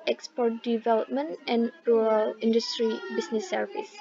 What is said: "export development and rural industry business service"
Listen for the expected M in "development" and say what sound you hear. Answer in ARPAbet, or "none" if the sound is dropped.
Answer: M